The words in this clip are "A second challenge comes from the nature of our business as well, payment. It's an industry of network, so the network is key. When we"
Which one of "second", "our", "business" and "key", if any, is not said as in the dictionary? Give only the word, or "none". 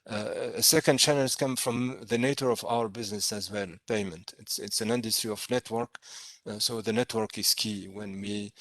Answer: none